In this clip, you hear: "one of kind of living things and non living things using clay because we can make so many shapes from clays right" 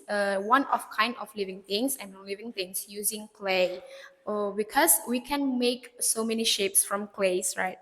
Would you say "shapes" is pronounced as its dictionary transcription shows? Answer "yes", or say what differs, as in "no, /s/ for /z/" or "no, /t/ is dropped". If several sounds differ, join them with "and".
yes